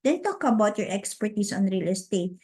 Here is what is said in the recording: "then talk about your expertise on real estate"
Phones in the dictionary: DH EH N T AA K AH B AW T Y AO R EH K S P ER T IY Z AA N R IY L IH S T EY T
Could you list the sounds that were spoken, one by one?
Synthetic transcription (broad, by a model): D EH N T AA K AH B AW T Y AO R EH K S P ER T IY S AA N R IY L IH S T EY T